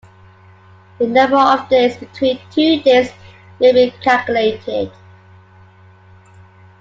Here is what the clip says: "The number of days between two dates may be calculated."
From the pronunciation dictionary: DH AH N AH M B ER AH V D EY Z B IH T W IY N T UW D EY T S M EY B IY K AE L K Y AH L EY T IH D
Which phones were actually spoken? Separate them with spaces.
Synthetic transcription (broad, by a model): DH AH N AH M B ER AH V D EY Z B IH T W IY N T UW D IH S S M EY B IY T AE K Y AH L EY T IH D